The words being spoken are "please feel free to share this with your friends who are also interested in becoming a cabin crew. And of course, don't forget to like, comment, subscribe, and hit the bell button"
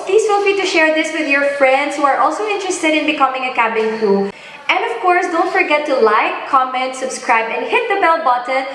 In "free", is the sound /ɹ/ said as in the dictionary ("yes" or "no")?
no